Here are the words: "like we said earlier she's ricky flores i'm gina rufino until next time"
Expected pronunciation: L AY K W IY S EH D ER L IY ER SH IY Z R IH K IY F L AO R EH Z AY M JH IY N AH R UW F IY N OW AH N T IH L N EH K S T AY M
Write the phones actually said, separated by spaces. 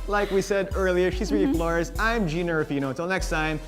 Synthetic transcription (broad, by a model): L AY K W IY S EH D ER L IY ER SH IY Z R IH IY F L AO R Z AY M JH IY N AH R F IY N OW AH T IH L N EH K S T AY M